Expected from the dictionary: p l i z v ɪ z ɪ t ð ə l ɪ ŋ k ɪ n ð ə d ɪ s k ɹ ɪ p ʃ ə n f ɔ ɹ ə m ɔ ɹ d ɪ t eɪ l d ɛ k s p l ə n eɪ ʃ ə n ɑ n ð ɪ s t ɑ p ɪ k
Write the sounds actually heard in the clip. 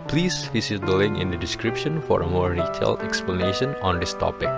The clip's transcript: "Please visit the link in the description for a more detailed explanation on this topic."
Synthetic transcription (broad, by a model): p l i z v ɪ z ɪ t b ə l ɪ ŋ ɪ n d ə d ɪ s k ɹ ɪ p ʃ ə n f ɔ ɹ ə m ɔ ɹ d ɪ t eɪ l ɛ k s p l ə n eɪ ʃ ə n ɑ n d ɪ s t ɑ p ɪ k